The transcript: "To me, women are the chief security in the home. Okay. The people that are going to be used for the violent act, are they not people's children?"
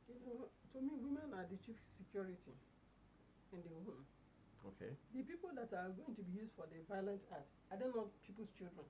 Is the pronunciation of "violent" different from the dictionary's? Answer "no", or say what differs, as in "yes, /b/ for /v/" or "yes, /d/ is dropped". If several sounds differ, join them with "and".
no